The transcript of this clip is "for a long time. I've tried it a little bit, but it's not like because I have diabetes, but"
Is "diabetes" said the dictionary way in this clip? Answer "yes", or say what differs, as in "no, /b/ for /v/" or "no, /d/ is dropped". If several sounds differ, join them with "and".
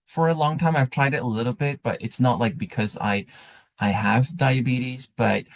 yes